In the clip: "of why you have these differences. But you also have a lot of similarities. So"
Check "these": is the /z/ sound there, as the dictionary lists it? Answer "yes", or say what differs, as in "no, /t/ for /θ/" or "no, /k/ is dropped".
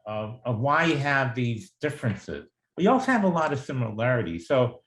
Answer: yes